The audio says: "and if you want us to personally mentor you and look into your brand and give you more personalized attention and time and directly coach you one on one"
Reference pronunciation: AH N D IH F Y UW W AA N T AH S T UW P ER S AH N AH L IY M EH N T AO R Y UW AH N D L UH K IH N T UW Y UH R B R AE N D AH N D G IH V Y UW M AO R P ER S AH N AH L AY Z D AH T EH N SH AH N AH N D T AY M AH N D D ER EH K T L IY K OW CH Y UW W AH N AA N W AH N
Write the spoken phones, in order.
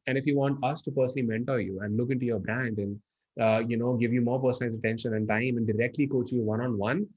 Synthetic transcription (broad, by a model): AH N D IH F Y UW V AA N T AH S T UW P ER S AH N AH L IY M EH N T AO R Y UW AH N D L UH K IH N T UW Y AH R B R AE N D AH N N G IH V Y UW M AO R P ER S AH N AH IH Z AH T EH N SH AH N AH N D T AY M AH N D D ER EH K T L IY K OW CH Y UW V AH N AA N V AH N